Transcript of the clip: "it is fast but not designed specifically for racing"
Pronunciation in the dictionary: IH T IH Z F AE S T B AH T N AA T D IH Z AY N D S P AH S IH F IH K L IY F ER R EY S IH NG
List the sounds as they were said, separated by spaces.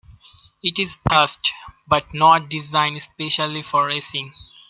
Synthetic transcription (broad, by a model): IH T IH Z P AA S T B AH T N AA T D IH Z AY N D S P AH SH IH L IY F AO R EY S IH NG